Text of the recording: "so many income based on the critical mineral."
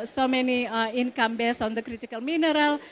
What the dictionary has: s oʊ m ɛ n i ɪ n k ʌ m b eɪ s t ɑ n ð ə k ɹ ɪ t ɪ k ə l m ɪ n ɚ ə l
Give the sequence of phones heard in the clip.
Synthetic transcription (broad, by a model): s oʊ m ɛ n i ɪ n k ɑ m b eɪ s ɑ n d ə k ɹ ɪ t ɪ k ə l m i n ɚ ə l